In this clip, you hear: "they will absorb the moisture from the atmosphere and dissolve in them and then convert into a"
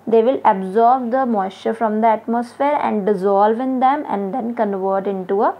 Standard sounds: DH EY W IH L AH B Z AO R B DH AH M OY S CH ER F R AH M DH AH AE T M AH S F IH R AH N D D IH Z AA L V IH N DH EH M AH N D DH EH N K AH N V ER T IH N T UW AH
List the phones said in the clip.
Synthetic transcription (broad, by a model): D EY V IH L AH B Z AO R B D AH M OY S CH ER F R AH M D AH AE T M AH S F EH R AH N D D IH Z AA L V IH N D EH M AH N D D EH N K AH N V ER T IH N T UW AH